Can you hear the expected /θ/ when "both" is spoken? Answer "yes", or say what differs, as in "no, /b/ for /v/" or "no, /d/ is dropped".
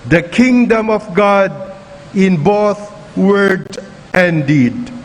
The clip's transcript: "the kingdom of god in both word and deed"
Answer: no, /t/ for /θ/